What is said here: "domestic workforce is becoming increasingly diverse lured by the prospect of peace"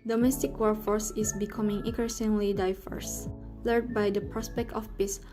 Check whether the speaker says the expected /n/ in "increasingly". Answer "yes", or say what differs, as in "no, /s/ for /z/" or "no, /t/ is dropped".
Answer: no, /n/ is dropped